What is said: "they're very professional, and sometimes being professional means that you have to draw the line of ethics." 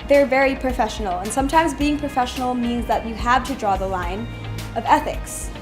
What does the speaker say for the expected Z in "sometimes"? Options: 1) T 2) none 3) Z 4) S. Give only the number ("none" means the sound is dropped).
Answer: 3